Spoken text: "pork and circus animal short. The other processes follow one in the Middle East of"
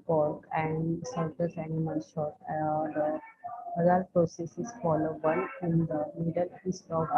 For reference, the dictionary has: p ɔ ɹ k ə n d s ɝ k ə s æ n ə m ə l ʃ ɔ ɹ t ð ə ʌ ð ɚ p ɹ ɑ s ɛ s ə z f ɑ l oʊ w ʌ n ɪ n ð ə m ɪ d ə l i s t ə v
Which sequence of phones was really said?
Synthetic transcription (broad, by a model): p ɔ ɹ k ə n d s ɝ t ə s æ n ə m ə l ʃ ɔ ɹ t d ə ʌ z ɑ p ɹ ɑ s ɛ s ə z f ɑ l oʊ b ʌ l ɪ n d ə m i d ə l i s t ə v